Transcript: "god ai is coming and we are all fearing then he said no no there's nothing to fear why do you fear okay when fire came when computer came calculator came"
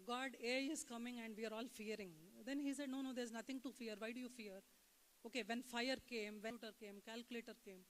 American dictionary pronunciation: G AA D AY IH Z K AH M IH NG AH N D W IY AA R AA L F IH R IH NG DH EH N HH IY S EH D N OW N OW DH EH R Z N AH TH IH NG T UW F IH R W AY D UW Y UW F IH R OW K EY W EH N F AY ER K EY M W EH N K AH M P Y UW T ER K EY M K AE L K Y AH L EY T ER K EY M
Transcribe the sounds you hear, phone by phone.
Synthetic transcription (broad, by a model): G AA D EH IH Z K AH M IH NG AH N D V IY AA R AA L F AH R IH NG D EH N HH IY S EH D N OW N OW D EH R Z N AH T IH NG T UW F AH R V AY D UW Y UW F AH R OW K EY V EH N F AY ER K EY M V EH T AH T K EY M K AE L K Y AH L EY T ER K EY M